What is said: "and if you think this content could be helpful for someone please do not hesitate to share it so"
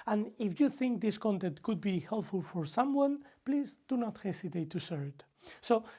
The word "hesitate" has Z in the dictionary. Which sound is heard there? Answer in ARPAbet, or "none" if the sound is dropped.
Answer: S